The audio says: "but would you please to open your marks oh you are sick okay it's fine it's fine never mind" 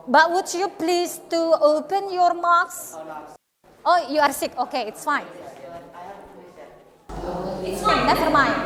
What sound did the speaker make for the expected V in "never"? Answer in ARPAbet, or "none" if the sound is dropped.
F